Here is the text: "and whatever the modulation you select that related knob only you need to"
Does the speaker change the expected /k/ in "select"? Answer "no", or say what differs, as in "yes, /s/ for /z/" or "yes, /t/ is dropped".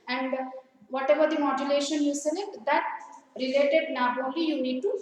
yes, /k/ is dropped